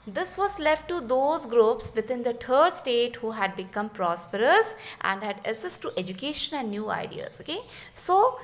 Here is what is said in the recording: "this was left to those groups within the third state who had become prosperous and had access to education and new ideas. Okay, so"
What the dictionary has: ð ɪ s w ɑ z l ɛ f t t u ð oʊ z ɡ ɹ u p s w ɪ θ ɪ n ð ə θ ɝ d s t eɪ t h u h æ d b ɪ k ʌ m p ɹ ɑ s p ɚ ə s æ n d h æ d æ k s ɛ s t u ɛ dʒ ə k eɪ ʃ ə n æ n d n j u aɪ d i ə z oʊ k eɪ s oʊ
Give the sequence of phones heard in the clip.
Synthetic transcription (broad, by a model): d ɪ s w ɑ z l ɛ f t t u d oʊ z ɡ ɹ u p s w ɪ t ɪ n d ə t ɝ d s t eɪ t h u h æ d b ɪ k ʌ m p ɹ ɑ s p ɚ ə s æ n d h æ d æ s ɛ s t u ɛ dʒ ə k eɪ ʃ ə n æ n d n j u aɪ d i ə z oʊ k eɪ s oʊ